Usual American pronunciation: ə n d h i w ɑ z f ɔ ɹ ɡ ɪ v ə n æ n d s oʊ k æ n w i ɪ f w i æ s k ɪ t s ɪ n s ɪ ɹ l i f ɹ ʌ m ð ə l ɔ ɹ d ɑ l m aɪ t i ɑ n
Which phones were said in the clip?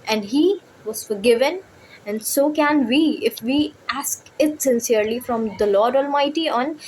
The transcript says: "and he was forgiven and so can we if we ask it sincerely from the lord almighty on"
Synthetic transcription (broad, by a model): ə n d h i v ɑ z f ɔ ɹ ɡ ɪ v ə n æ n d s oʊ k æ n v i ɪ f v i æ s k ɪ t s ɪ n s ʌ ɹ l i f ɹ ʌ m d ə l ɔ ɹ d ɑ l m aɪ t i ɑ n